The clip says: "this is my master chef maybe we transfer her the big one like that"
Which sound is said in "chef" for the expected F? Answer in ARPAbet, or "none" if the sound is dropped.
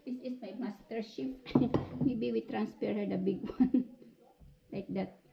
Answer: P